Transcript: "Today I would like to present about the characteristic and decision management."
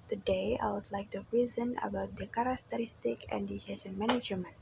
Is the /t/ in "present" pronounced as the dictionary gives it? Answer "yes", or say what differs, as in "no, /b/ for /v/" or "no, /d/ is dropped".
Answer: no, /t/ is dropped